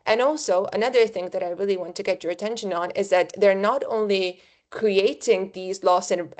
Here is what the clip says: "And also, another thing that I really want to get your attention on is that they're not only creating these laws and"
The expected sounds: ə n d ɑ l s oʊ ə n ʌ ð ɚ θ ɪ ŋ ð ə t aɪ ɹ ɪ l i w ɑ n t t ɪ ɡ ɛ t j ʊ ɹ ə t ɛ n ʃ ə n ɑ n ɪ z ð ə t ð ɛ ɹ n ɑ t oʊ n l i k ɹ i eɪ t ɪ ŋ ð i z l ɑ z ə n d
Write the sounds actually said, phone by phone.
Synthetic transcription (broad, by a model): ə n ɑ l s oʊ ə n ʌ ð ɚ θ ɪ ŋ ð ə t aɪ ɹ ɪ l i w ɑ n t t ɪ ɡ ɛ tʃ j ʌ ɹ ə t ɛ n ʃ ə n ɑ n ɪ z ð ə t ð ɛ ɹ n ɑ t oʊ n l i k ɹ i eɪ t ɪ ŋ ð i z l ɑ s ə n